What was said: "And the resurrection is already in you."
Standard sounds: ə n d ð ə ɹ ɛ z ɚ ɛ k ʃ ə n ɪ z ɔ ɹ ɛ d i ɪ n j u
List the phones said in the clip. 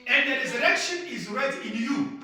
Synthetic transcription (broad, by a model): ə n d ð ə ɹ ɛ z ɚ ɛ k ʃ ə n ɪ z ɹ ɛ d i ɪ n j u